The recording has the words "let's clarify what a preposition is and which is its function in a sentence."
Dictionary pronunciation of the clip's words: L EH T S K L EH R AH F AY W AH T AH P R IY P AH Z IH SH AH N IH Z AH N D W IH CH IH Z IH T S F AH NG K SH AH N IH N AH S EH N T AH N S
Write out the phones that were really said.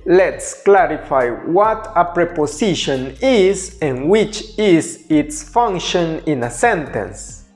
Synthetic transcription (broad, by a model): L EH T S K L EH R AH F AY W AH T AH P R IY P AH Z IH SH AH N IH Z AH N W IH CH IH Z IH T S F AH NG K SH AH N IH N AH S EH N T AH N S